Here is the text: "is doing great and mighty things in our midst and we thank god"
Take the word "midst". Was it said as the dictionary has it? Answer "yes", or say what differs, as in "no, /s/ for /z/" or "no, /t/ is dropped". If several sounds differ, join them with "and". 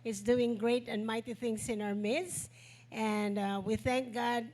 yes